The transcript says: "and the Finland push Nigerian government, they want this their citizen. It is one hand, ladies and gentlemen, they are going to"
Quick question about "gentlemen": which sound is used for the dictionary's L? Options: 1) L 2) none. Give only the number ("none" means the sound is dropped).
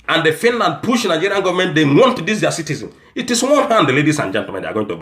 2